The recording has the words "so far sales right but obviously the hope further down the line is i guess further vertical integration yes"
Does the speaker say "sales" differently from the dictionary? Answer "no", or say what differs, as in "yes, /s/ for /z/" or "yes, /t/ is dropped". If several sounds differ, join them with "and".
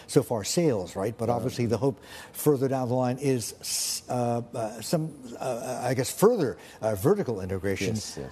no